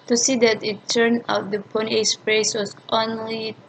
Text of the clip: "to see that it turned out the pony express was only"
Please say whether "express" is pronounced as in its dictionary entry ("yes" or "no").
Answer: no